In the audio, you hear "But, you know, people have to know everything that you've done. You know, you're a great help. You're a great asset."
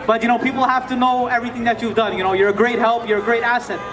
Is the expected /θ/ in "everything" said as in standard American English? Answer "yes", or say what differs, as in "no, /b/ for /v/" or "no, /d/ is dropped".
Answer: yes